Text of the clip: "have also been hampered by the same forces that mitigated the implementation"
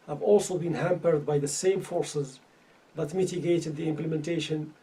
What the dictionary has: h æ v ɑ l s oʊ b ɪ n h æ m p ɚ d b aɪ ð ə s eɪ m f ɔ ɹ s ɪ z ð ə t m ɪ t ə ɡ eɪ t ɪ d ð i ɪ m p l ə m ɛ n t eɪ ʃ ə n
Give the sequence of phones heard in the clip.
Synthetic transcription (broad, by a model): h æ v ɑ l s oʊ b ɪ n h æ m p ɚ d b aɪ ð ə s eɪ m f ɔ ɹ s ɪ z ð ə t m ɪ t ə ɡ eɪ t ɪ d ð i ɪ m p l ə m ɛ n t eɪ ʃ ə n